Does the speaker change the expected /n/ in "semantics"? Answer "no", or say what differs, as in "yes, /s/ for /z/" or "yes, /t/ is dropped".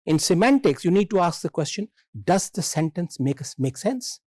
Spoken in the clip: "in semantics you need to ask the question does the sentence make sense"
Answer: no